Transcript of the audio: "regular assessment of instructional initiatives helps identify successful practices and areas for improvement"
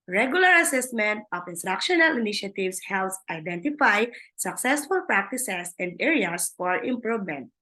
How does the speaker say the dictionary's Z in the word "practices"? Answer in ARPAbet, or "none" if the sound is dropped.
S